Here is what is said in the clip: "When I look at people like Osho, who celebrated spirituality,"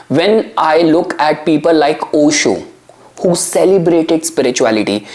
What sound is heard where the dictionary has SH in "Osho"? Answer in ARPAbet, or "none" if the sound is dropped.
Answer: SH